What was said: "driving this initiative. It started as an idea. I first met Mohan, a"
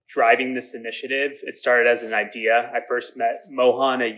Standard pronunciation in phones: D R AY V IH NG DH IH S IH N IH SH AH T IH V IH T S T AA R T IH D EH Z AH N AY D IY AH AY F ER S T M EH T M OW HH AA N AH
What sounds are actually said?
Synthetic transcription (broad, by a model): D R AY V IH NG DH IH S IH N IH SH AH T IH V IH T S T AA R T IH D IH Z N AY D IY AH AY F ER S T M EH T M OW HH AA N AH